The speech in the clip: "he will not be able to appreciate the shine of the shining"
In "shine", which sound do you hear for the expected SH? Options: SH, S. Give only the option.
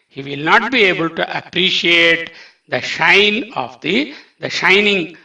SH